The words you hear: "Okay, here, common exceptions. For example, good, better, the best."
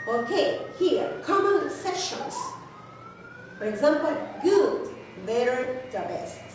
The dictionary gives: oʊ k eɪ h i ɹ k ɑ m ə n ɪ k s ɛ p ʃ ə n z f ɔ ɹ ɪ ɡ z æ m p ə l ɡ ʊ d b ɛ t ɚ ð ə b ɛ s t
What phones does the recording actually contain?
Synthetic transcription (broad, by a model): oʊ k eɪ h i ɹ k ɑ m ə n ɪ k s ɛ ʃ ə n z f ɔ ɹ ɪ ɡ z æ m p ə l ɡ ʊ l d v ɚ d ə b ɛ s